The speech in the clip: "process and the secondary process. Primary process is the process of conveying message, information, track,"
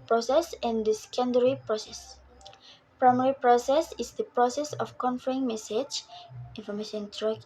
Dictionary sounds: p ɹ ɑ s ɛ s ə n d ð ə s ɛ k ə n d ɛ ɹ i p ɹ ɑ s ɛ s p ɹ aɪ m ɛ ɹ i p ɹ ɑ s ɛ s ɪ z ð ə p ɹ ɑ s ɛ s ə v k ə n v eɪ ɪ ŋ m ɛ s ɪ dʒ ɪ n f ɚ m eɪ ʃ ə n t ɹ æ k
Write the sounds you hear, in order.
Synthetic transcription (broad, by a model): p ɹ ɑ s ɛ s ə n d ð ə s k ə n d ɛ ɹ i p ɹ ɑ s ɛ s p ɹ aɪ m ɛ ɹ i p ɹ ɑ s ɛ s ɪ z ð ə p ɹ ɑ s ɛ s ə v k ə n f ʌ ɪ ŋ m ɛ s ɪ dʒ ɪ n f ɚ m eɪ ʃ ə n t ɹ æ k